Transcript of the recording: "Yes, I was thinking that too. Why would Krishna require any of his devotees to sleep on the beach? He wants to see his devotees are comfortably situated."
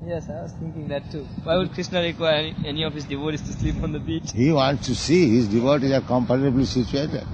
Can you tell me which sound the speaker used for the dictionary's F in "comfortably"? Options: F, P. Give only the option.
P